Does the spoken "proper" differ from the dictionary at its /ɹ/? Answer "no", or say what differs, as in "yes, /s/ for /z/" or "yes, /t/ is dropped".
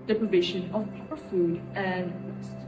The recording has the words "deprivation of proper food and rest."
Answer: yes, /ɹ/ is dropped